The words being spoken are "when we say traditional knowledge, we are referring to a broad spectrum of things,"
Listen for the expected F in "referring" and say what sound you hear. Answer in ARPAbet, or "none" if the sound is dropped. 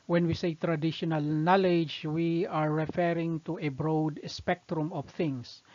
F